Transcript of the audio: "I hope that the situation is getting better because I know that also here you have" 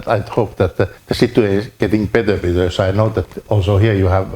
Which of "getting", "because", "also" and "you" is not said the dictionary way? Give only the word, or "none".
because